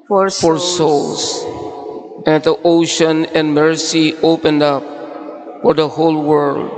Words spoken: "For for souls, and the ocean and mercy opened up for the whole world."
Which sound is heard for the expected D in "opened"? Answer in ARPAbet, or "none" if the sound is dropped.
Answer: D